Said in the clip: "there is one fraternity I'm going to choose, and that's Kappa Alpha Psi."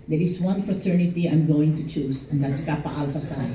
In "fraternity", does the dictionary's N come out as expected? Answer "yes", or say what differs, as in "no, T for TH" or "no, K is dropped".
yes